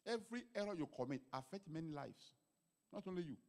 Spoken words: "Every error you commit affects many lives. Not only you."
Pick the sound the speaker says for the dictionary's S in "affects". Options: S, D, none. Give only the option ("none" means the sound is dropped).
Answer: none